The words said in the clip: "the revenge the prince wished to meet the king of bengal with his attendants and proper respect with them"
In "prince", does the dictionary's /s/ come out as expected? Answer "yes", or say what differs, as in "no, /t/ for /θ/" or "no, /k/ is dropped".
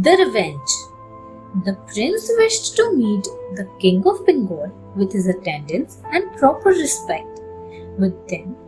yes